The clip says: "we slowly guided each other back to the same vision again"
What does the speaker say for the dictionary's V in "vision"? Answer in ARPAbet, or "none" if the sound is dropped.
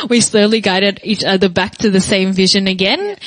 V